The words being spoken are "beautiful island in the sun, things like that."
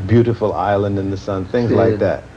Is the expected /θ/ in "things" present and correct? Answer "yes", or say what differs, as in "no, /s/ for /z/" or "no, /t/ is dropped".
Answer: yes